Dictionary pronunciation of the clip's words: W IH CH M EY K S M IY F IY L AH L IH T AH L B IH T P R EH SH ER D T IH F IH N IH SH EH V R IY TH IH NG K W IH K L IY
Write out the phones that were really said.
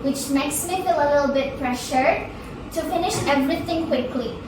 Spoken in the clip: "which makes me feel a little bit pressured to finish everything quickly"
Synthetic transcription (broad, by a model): W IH CH M EY K S M IY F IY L AH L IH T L B IH T P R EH SH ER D T IH F IH N IH SH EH V R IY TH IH NG K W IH K L IY